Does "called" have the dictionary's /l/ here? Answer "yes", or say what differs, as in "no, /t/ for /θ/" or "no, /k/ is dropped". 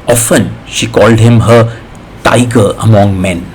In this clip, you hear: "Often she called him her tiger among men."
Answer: yes